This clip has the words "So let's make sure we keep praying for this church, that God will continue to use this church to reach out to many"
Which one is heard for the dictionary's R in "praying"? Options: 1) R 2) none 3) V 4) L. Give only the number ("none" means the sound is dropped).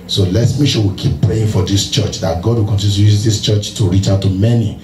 1